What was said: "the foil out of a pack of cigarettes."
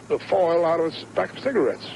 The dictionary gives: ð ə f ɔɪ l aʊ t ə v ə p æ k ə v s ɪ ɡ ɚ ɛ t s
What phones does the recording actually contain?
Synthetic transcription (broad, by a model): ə f ɔɪ l aʊ t ə v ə b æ k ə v s ɪ ɡ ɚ ɛ t s